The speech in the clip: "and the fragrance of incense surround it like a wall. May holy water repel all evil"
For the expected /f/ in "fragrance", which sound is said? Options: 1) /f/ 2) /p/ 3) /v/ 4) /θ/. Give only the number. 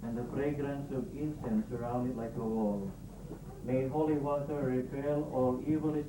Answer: 2